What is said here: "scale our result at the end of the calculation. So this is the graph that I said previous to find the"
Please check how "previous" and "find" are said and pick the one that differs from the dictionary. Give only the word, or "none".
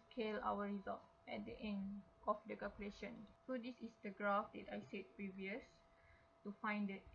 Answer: none